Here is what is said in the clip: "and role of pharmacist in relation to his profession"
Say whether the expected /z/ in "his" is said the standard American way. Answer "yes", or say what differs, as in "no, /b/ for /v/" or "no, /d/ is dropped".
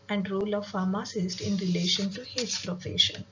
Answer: no, /s/ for /z/